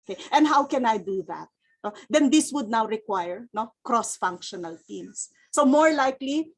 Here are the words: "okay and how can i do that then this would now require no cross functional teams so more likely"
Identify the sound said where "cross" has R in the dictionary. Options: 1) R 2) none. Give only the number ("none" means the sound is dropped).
1